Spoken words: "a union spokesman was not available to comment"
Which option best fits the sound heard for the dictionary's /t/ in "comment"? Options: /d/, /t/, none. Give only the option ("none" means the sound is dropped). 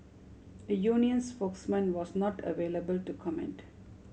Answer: /t/